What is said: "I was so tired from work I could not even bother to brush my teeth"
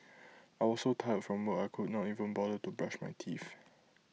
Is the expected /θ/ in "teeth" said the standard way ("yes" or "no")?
no